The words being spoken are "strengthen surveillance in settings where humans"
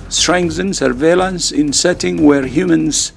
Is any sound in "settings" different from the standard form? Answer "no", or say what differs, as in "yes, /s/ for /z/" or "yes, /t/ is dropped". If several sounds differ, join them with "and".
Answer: yes, /z/ is dropped